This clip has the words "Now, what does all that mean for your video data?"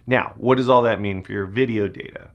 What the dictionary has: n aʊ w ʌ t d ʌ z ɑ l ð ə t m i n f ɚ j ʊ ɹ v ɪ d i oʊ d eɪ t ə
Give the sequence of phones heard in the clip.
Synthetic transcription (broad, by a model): n aʊ w ʌ t d ʌ z ɑ l ð ə t m i n f ɚ j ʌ ɹ v ɪ d i oʊ d eɪ t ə